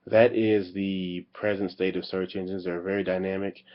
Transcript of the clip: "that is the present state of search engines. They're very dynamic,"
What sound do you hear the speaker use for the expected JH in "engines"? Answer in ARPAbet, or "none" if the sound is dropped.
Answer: JH